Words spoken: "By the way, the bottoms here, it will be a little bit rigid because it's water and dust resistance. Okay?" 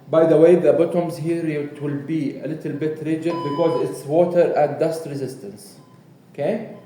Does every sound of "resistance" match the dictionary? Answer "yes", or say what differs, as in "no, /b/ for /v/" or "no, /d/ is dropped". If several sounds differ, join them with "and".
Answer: yes